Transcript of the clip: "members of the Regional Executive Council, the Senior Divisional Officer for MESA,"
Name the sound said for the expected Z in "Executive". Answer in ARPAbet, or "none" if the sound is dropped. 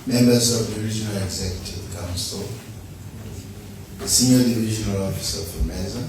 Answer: Z